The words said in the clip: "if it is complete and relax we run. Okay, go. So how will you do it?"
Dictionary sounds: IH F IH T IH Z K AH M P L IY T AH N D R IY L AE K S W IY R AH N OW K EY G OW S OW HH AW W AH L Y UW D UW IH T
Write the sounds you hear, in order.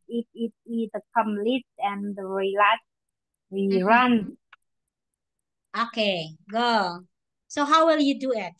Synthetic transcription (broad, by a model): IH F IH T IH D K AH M L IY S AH N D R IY L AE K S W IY R AH N OW K EY G OW S OW HH AW W AH L Y UW D UW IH T